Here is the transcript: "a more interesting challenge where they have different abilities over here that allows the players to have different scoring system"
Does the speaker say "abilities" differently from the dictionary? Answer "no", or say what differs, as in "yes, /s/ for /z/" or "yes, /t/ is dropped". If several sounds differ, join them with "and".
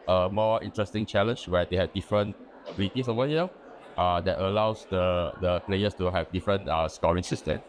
yes, /s/ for /z/